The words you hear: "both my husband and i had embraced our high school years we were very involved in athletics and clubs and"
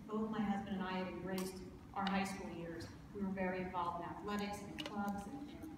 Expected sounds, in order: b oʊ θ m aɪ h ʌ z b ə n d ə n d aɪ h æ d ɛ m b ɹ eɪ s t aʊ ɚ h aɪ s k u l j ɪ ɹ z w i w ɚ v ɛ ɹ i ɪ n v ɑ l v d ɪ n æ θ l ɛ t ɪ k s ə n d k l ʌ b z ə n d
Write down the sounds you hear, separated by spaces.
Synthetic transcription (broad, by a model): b oʊ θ m aɪ h ʌ z b ə n d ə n aɪ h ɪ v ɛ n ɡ ɹ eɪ s t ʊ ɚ h aɪ s k u l j ɪ ɹ z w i w ɚ v ɛ ɹ i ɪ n v ɑ l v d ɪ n æ θ l ɛ t ɪ k s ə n k l ʌ b z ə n